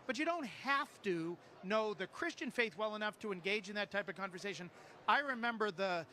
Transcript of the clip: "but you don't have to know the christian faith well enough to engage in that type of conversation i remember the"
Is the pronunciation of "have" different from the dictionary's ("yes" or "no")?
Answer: yes